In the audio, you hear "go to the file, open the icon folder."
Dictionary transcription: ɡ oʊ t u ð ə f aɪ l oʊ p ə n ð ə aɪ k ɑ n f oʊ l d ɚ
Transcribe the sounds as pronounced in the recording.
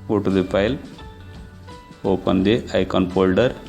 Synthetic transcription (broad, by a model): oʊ t u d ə p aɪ l oʊ p ə n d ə aɪ k ɑ n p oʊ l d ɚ